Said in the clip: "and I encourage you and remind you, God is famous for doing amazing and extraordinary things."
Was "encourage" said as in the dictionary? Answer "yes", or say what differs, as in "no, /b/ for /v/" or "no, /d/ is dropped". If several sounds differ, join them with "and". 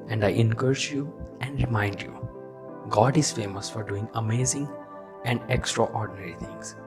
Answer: no, /tʃ/ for /dʒ/